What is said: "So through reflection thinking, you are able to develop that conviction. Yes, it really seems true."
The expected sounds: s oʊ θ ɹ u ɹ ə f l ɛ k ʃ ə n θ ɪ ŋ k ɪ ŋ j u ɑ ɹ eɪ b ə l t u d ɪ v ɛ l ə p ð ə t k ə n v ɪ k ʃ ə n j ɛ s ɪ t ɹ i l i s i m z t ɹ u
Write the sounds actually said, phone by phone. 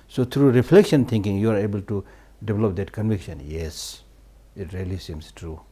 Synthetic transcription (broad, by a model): s oʊ t ɹ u ɹ ə f l ɛ k ʃ ə n t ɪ ŋ k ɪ ŋ j u ɑ ɹ eɪ b ə l t u d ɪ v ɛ l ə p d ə t k ə n v ɪ k ʃ ə n j ɛ s ɪ t ɹ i l i s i m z t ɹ u